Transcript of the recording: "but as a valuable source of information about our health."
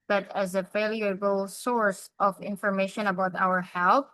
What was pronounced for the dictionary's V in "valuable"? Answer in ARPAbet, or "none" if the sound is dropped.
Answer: F